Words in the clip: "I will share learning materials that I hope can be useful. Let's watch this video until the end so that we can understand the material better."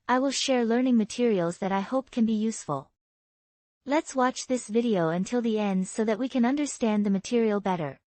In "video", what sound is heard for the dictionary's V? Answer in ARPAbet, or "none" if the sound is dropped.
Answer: V